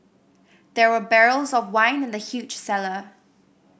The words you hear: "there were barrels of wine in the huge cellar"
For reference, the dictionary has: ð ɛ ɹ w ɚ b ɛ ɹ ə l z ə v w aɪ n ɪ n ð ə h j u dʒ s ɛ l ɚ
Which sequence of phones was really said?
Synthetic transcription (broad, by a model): ð ɛ ɹ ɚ b ɛ ɹ ə l z ə v w aɪ n ɪ n ð ə h j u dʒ s ɛ l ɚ